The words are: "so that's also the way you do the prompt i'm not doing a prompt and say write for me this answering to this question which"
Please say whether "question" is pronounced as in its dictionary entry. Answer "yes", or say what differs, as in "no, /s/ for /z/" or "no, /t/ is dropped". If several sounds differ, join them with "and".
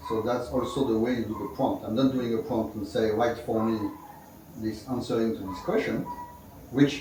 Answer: yes